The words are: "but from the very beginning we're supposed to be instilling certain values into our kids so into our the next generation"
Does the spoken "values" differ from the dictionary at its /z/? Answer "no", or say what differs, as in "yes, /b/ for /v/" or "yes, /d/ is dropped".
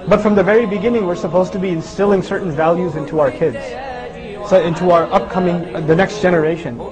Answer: no